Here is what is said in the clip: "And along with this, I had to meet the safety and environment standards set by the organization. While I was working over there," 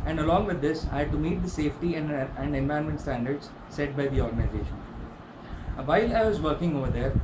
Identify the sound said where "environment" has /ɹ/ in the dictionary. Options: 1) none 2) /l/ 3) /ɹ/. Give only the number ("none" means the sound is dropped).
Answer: 1